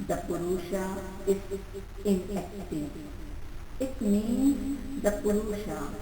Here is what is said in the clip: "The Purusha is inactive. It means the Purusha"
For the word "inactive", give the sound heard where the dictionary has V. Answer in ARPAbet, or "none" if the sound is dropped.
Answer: none